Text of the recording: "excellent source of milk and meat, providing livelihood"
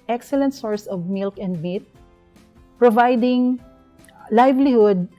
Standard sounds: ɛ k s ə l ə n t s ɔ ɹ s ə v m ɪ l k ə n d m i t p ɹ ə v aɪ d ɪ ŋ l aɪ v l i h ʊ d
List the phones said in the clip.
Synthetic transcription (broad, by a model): ɛ k s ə l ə n t s ɔ ɹ s ə v m ɪ l k ə n d m i t p ɹ ə v aɪ d ɪ ŋ l aɪ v l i h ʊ d